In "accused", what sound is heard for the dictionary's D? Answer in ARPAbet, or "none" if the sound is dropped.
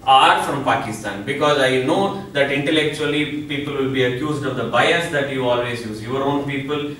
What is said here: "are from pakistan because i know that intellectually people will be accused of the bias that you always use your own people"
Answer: D